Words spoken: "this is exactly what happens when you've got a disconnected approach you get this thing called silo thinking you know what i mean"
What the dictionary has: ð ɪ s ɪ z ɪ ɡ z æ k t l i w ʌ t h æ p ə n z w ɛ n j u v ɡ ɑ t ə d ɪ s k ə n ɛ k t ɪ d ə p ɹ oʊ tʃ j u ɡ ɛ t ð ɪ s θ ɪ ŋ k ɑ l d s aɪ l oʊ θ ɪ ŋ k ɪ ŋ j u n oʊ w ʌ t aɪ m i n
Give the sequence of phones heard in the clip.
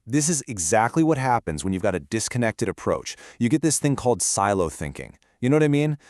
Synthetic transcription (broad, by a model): ð ɪ s ɪ z ɪ ɡ z æ k t l i w ʌ t h æ p ə n z w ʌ n j u v ɡ ɑ t ə d ɪ s k ə n ɛ k t ɪ d ə p ɹ oʊ tʃ j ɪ ɡ ɛ t ð ɪ s θ ɪ ŋ k ɑ l d s aɪ l oʊ θ ɪ ŋ k ɪ ŋ j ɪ n oʊ w ʌ t aɪ m i n